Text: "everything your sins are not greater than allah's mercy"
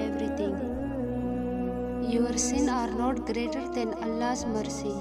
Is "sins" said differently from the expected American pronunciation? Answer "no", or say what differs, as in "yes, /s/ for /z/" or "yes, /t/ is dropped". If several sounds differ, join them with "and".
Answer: yes, /z/ is dropped